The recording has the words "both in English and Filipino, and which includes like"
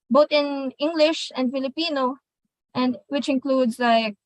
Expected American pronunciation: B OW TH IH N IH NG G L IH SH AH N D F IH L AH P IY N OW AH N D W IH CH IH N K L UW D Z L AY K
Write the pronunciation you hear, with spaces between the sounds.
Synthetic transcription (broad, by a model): B OW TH IH N IH NG G L IH SH AH N D F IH L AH P IY N OW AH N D W IH CH IH N K L UW D Z L AY K